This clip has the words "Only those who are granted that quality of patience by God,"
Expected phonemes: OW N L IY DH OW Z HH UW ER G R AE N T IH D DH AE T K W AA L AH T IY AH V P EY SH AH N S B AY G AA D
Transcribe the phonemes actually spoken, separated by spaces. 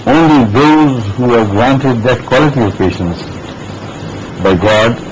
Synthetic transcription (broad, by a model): OW N L IY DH OW Z HH UW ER G R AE N T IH D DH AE T K W AA L AH T IY AH V P EY SH AH N S B AY G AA D